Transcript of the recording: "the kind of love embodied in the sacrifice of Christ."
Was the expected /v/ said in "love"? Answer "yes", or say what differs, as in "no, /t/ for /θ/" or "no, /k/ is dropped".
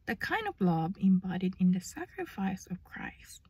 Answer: no, /b/ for /v/